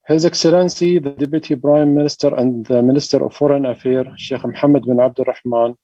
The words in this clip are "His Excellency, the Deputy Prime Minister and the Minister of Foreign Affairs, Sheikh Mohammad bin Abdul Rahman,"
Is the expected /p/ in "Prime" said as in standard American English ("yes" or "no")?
no